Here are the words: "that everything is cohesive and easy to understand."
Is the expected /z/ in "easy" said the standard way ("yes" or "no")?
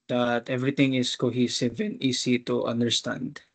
no